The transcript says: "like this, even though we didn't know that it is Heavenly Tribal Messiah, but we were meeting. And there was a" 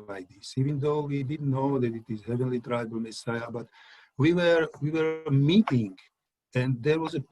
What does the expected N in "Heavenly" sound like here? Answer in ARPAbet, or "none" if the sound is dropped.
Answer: N